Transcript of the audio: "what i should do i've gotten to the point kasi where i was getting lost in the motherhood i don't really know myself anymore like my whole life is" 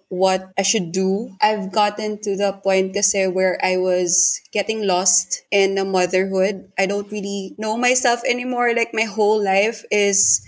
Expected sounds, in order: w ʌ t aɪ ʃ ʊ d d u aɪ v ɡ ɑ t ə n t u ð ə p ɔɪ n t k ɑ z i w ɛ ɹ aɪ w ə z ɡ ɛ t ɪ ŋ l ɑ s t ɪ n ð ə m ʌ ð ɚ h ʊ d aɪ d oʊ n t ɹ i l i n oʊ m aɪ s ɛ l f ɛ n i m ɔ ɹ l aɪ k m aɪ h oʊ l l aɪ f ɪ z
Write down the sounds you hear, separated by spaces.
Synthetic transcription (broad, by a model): w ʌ t aɪ ʃ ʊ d d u aɪ v ɡ ɑ t ə n t u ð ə p ɔɪ n t k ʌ s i w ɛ ɹ aɪ w ə z ɡ ɛ t ɪ ŋ l ɑ s t ɪ n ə m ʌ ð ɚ h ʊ d aɪ d oʊ n t ɹ i l i n oʊ m aɪ s ɛ l f ɛ n i m ɔ ɹ l aɪ k m aɪ h oʊ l l aɪ f ɪ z